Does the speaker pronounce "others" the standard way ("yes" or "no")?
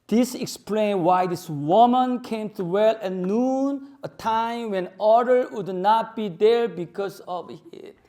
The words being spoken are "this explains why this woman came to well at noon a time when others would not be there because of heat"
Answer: no